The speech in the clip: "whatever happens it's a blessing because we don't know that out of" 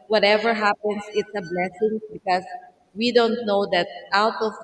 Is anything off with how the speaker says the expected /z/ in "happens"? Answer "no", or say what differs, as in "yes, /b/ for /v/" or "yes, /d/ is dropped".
yes, /s/ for /z/